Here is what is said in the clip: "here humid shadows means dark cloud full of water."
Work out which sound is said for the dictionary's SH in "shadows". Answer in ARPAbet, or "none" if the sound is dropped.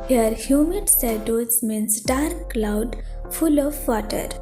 S